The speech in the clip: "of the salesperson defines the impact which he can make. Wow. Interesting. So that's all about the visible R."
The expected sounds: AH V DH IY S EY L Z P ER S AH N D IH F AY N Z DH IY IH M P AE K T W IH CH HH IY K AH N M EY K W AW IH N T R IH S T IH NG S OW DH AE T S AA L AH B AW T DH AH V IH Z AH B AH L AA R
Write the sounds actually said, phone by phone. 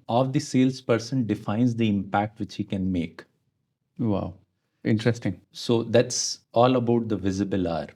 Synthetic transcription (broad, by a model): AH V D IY S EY L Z P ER S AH N D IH F AY N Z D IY IH M P AE K T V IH CH HH IY K AH N M EY K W AW IH N T R IH S T IH NG S OW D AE T S AA L AH B AW T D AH V IH Z AH B AH L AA R